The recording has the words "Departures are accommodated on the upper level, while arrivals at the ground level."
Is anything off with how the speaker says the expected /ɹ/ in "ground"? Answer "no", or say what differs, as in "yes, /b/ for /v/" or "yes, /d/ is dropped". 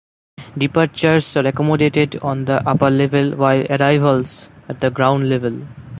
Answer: no